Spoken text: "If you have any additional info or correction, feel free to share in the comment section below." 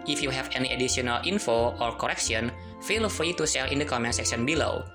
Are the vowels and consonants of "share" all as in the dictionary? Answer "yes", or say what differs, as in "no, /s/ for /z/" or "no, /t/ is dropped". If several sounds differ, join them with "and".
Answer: no, /s/ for /ʃ/ and /l/ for /ɹ/